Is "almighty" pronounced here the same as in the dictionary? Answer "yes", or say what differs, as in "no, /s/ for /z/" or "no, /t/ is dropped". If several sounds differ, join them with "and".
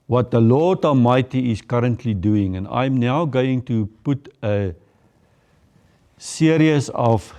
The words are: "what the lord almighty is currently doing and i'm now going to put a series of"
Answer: no, /l/ is dropped